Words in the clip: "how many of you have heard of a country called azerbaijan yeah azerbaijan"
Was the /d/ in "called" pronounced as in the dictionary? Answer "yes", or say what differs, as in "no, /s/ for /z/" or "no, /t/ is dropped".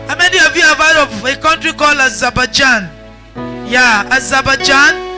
no, /d/ is dropped